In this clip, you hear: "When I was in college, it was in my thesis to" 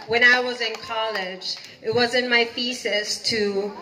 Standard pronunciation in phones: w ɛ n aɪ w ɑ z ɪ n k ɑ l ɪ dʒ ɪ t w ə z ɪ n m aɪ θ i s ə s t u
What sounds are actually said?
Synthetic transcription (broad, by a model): w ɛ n aɪ w ɑ z ɪ n k ɑ l ɪ dʒ ɪ t w ə z ɪ n m aɪ f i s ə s t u